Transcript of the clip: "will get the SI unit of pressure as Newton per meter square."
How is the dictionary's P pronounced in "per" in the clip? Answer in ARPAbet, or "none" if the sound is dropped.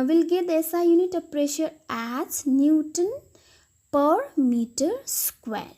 P